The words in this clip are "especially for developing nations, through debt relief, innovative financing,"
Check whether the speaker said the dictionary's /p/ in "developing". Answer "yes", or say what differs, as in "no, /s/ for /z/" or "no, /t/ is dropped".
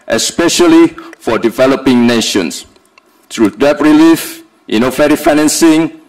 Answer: yes